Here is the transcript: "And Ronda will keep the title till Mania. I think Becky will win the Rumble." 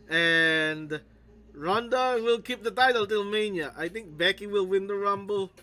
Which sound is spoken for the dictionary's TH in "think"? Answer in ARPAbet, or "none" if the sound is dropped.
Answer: T